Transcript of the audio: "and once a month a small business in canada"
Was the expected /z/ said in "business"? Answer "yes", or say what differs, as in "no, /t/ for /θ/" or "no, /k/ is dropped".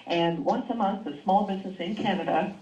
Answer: yes